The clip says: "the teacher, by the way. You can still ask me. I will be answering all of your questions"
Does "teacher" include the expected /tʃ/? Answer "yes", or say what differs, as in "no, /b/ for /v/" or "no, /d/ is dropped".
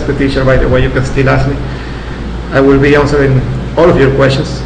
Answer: no, /ʃ/ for /tʃ/